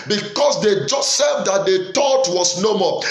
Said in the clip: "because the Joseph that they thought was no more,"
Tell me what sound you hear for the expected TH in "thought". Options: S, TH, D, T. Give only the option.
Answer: T